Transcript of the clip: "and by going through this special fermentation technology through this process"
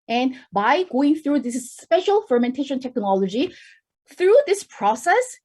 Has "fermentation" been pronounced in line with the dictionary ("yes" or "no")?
yes